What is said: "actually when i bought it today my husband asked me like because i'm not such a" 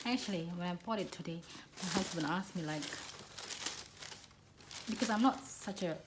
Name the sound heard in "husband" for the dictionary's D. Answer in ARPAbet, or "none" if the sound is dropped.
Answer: none